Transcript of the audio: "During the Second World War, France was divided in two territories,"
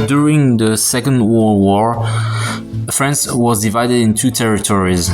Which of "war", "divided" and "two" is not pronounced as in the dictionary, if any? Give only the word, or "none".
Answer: none